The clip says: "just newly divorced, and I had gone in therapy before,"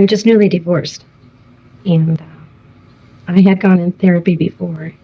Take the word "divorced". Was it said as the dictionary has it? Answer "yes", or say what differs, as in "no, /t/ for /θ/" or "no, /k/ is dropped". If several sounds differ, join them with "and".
yes